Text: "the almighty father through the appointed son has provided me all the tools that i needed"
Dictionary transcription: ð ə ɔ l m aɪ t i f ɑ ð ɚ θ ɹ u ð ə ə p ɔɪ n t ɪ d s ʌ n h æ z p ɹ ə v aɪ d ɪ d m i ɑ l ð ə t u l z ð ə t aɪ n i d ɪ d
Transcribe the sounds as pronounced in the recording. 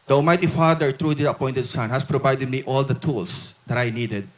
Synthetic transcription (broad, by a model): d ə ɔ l m aɪ t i f ɑ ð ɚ t ɹ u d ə ə p ɔɪ n t ɪ d s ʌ n h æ s p ɹ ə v aɪ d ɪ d m i ɑ l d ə t u l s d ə t aɪ n i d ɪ d